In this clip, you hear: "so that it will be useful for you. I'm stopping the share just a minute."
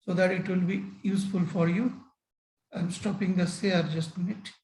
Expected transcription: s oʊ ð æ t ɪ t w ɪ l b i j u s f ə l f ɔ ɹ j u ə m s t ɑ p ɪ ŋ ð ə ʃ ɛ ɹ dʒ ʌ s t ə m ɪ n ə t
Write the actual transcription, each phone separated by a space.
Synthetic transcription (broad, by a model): s oʊ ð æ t ɪ t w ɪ l b i j u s f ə l f ɔ ɹ j u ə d s t ɑ p ɪ ŋ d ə s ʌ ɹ dʒ ʌ s t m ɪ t